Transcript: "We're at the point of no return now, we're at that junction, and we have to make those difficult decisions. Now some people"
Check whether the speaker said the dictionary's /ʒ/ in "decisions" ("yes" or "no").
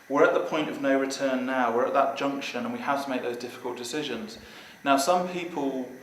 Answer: yes